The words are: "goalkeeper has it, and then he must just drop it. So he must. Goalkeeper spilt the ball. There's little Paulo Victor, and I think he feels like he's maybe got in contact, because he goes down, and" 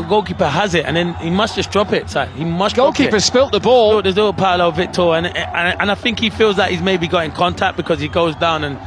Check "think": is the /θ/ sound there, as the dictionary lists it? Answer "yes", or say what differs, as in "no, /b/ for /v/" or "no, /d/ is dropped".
yes